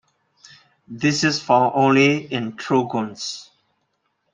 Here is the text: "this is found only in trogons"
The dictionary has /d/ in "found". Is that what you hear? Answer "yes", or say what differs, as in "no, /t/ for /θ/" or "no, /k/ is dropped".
no, /d/ is dropped